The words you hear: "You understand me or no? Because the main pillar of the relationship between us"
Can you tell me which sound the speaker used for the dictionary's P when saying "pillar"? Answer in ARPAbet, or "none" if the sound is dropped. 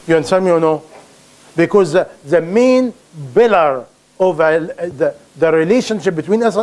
B